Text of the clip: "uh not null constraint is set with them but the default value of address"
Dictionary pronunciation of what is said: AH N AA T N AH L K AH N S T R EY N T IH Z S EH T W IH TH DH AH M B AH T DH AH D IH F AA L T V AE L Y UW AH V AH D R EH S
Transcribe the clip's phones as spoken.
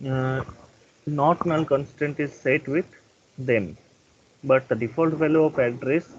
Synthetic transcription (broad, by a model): N AA T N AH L K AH N S T EY N T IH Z S EH T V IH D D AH M B AH T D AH D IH F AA L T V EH L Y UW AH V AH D R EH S